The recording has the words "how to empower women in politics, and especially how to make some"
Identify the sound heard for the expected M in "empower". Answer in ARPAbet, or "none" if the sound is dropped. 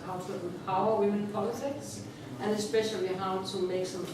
none